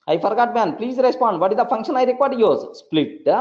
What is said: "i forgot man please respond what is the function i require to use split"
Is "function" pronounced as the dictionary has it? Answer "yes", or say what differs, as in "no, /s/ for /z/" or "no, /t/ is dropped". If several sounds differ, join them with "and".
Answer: yes